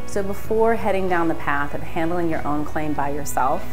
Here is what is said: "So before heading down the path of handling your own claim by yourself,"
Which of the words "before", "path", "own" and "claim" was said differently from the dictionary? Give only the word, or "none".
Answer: none